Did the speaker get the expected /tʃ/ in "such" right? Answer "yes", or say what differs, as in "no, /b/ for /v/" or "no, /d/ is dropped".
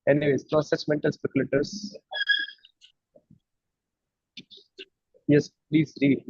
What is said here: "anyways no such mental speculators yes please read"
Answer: no, /s/ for /tʃ/